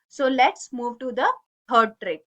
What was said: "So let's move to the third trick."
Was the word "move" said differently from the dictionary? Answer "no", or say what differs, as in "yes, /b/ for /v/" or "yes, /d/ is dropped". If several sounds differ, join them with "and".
no